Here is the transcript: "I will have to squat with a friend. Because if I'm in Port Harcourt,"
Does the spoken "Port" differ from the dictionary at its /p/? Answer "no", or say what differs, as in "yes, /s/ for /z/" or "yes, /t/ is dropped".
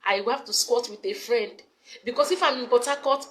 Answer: yes, /b/ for /p/